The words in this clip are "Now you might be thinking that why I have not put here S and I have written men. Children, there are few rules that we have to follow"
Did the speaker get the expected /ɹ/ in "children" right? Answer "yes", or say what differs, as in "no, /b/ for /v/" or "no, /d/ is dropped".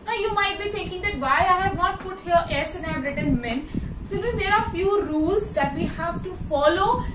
no, /ɹ/ is dropped